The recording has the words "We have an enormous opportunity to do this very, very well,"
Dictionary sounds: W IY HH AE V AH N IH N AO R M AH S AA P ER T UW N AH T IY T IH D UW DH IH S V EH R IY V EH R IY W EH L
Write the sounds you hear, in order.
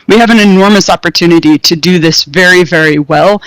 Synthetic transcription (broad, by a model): W IY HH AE V AH N IH N AO R M AH S AA P ER T UW N AH T IY T IH D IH DH IH S V EH R IY V EH R IY W EH L